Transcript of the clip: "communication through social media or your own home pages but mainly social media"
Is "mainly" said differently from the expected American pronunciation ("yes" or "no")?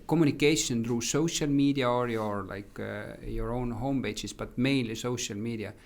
yes